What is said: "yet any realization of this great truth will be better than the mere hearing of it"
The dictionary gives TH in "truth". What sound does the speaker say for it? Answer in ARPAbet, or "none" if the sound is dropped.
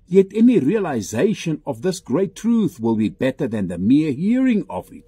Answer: TH